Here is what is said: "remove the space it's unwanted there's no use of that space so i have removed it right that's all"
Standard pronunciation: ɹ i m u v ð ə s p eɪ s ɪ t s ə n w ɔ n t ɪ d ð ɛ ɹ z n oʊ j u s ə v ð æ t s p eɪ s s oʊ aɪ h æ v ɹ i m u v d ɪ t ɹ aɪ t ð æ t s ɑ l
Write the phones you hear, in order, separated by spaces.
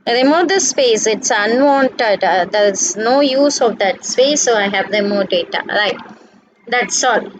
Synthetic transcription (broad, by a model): ɹ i m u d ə s p eɪ s ɪ t s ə n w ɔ n t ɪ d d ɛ ɹ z n oʊ j u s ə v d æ t s p eɪ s s oʊ aɪ h æ v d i m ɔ d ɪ t ɹ aɪ t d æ t s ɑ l